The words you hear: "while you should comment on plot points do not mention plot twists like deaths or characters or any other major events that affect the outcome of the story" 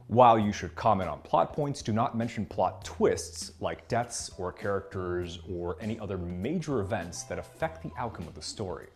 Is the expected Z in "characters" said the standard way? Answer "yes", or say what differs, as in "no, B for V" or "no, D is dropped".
yes